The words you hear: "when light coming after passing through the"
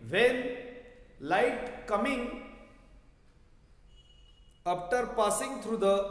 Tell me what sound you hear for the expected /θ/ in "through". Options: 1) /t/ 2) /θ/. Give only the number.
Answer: 1